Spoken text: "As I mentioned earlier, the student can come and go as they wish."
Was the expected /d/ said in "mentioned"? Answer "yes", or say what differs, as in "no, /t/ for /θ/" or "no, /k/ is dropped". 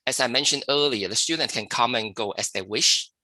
yes